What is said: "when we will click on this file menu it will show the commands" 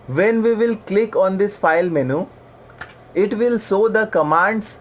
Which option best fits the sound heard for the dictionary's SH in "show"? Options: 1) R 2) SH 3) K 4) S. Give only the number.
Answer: 4